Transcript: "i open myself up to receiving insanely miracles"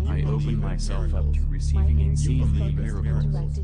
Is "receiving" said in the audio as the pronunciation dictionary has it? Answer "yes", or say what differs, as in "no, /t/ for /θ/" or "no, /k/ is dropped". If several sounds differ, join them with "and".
no, /s/ is dropped